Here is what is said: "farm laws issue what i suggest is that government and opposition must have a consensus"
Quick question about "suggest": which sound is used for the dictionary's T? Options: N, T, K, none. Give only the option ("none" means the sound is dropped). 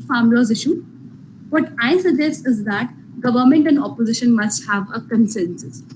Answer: none